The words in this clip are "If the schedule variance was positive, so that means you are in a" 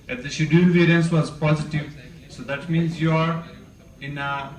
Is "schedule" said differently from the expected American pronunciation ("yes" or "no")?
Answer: yes